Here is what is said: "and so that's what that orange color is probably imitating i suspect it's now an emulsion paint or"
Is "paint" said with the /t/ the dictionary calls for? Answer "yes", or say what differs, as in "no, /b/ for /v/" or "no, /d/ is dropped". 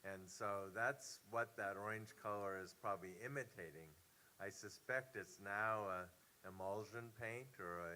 yes